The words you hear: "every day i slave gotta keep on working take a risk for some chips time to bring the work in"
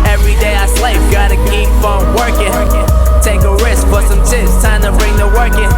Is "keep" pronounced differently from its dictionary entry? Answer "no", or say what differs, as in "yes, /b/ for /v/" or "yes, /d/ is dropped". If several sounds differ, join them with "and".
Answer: yes, /f/ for /p/